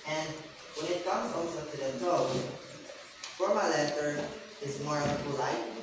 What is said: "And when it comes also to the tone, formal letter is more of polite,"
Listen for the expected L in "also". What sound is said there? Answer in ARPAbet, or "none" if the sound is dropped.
N